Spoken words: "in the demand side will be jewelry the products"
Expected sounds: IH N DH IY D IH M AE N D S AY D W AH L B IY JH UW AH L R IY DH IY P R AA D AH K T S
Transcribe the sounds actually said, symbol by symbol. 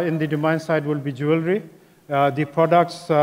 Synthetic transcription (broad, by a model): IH N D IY D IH M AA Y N S AY D W AH L B IY JH UW AH L R IY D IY P R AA D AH K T S